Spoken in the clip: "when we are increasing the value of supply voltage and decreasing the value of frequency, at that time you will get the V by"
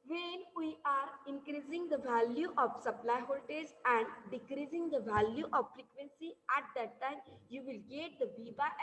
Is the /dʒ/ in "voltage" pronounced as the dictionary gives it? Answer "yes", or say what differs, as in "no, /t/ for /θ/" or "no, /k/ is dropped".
no, /z/ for /dʒ/